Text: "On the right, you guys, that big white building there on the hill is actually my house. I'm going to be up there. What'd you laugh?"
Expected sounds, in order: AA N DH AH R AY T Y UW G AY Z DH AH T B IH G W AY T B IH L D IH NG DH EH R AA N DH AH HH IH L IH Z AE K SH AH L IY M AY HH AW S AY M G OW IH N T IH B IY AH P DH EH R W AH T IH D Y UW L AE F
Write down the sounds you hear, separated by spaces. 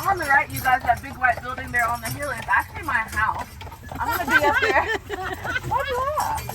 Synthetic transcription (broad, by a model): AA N DH AH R AY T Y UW G AY Z DH AH T B IH G W AY T B IH L D IH NG DH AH R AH N DH AH HH IH L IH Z AE K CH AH L IY M AY HH AW S AY M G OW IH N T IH B IY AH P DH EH R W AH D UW